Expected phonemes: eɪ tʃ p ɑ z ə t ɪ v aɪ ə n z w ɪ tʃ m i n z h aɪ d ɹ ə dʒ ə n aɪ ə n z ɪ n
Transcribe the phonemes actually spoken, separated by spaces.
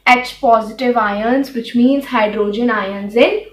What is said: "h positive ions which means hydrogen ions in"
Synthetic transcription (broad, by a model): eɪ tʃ p ɑ z ə t ɪ v aɪ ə n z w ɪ tʃ m i n z h aɪ d ɹ ə dʒ ə n aɪ ə n z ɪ n